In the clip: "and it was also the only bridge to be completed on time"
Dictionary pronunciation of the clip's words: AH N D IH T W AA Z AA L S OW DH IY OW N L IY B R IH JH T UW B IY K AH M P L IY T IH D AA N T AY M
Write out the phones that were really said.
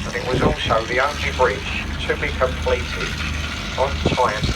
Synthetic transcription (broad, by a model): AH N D IH T W AA Z AA L S OW DH IY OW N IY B R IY CH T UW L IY K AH M P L IY T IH AH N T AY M